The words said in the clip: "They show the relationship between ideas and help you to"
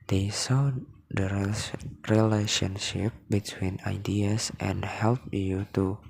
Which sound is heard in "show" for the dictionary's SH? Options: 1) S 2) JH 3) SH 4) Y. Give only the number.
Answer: 1